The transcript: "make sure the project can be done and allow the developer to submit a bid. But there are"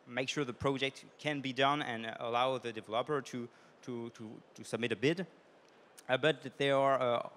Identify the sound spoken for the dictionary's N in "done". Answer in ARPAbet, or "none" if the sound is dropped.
N